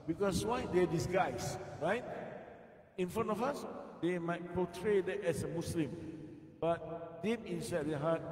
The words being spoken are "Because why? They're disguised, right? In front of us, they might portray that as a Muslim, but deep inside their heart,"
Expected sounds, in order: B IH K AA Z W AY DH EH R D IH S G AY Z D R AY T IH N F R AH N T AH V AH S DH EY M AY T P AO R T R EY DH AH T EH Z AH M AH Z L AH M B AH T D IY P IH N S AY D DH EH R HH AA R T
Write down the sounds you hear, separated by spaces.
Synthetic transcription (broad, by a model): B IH K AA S W AY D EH D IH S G AY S R AY T IH N F R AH N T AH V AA S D EY M AY T P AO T R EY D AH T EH S AH M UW S L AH M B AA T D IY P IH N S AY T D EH HH AA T